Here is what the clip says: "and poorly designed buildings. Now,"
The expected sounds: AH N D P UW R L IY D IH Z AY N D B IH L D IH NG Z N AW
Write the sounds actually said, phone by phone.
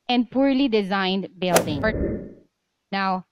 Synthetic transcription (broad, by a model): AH N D P UW R L IY D IH Z AY N D B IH L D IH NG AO N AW